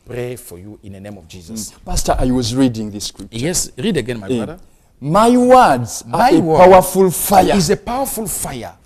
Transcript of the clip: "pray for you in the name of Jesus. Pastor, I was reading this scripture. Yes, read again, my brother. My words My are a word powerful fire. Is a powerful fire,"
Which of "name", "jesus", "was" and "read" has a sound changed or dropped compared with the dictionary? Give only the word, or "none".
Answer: none